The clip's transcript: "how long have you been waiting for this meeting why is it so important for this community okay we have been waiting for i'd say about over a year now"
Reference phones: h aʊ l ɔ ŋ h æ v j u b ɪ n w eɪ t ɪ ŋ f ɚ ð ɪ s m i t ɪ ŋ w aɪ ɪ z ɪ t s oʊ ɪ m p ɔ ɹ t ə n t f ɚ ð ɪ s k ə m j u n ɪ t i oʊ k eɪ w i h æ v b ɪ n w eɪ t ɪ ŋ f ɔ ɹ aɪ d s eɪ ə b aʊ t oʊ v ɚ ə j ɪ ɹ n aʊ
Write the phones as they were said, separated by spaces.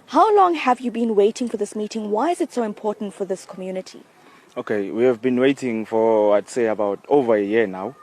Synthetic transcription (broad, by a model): h aʊ l ɔ ŋ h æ v j u b ɪ n w eɪ t ɪ ŋ f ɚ ð ɪ s m i t ɪ ŋ w aɪ ɪ z ɪ t s oʊ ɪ m p ɔ t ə n t f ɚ ð ɪ s k ə m j u n ɪ t i oʊ k eɪ w i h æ v b ɪ n w eɪ t ɪ ŋ f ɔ w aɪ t s eɪ ə b aʊ t oʊ v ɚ ə j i n aʊ